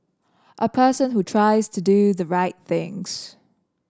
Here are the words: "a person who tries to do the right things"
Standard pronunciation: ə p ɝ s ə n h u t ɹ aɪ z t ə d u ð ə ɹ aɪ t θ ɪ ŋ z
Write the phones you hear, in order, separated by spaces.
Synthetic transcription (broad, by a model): ə p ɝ s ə n h u t ɹ aɪ z t ə d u ð ə ɹ aɪ t θ ɪ ŋ z